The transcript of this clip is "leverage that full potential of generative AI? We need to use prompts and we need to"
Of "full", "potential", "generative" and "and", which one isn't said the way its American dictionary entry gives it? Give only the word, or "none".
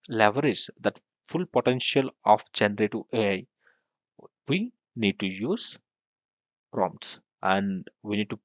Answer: generative